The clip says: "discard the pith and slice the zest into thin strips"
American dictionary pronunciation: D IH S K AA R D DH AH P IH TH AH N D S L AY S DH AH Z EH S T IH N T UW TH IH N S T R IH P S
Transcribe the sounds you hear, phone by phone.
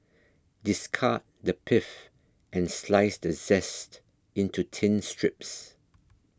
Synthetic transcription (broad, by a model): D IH S K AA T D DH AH P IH F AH N S L AY S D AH Z EH S T IH N T UW T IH N S T R IH P S